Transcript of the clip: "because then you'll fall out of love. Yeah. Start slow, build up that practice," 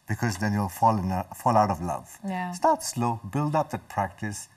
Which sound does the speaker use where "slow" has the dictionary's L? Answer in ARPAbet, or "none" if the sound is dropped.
L